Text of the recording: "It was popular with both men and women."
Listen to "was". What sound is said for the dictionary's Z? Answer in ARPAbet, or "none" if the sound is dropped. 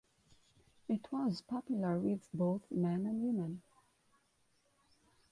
Z